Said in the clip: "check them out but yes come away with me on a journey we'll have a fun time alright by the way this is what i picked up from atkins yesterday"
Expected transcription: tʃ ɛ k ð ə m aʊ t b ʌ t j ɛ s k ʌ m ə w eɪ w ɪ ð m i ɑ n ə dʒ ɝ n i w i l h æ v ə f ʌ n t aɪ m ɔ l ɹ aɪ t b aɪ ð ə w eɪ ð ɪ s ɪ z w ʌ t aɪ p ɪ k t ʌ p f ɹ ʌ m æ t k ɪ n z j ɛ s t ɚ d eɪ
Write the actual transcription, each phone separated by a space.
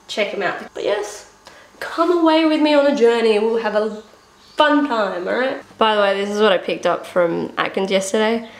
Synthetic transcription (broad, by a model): tʃ ɛ k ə m aʊ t b ʌ t j ɛ s k ʌ m ə w eɪ w ɪ ð m i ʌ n ə dʒ ɝ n i w i l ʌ v ə f ʌ n t aɪ m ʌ ɹ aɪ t b aɪ ð ə w eɪ ð ɪ s ɪ z w ʌ t aɪ p ɪ k t ʌ p f ɹ ʌ m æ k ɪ n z j ɛ s t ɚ d eɪ